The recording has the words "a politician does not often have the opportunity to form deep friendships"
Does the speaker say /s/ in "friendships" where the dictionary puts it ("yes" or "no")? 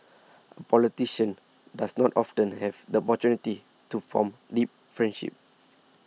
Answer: no